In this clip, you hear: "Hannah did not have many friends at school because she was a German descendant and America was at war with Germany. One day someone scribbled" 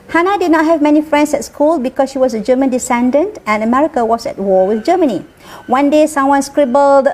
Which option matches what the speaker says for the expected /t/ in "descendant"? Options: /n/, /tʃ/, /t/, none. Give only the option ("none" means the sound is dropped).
/t/